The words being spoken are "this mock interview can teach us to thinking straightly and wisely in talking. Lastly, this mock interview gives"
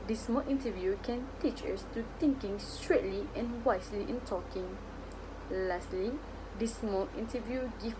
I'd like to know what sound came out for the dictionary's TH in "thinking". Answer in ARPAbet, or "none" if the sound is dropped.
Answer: T